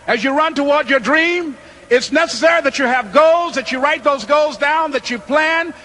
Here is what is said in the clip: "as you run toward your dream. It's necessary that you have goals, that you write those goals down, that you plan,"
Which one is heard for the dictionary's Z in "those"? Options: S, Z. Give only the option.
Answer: Z